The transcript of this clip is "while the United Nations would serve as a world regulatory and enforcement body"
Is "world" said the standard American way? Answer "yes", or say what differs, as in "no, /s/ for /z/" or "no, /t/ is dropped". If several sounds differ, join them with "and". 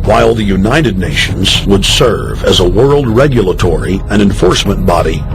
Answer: yes